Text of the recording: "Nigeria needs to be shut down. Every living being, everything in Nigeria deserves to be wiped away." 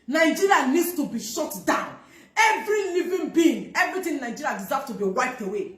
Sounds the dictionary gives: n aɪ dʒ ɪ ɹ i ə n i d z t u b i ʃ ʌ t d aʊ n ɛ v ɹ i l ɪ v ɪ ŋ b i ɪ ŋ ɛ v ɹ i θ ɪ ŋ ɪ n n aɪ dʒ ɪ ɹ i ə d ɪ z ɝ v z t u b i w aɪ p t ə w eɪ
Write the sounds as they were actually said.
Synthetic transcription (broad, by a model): n aɪ dʒ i ɹ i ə n i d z t u b i ʃ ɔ t d aʊ n ɛ v ɹ i l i v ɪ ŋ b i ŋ ɛ v ɹ i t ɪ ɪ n n aɪ dʒ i ɹ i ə d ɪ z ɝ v t u b i w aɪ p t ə w eɪ